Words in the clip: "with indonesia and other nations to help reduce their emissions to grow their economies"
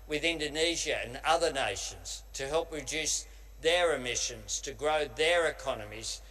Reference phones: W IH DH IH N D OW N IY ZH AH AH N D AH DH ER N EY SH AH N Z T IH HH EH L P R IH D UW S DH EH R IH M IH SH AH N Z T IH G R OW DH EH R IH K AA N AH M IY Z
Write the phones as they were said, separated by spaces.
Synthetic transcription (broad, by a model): W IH DH IH N D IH N IY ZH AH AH N AH DH ER N EY SH AH N Z T IH HH EH L P R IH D UW S DH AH R IH M IH SH AH N Z T IH G R OW DH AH R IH K AA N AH M IY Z